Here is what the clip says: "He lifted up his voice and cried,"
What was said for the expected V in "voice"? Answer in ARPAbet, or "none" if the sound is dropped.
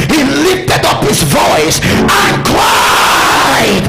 V